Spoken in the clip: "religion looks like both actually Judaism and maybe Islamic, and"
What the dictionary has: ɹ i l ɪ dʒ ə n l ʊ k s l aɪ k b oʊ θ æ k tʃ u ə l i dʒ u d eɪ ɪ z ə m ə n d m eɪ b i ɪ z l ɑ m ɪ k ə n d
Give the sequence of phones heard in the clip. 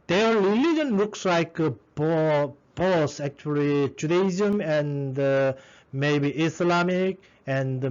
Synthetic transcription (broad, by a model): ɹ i l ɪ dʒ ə n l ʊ k s l aɪ k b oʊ s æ k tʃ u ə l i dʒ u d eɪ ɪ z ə m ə n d m eɪ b i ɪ s l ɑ m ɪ k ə n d